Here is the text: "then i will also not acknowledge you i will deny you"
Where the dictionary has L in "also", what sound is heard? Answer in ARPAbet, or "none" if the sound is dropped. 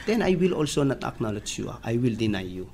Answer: L